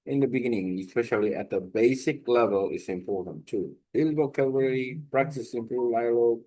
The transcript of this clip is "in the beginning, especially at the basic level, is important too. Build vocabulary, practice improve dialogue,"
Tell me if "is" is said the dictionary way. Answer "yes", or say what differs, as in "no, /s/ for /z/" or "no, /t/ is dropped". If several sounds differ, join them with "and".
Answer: no, /s/ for /z/